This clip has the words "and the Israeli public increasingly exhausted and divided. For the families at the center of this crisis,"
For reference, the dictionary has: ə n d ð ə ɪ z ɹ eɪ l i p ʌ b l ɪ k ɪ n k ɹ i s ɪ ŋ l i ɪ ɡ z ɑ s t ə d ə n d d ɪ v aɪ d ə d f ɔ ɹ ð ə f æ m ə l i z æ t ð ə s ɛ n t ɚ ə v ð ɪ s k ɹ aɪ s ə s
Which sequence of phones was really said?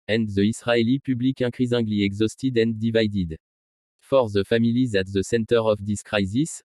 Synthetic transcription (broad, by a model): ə n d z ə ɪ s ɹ eɪ l i p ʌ b l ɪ k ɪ k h i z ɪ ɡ l i ɪ ɡ z ɑ s t ə d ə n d d ɪ v aɪ d ə d f ɔ ɹ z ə f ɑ m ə l i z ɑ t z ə s ɛ n t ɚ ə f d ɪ s k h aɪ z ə s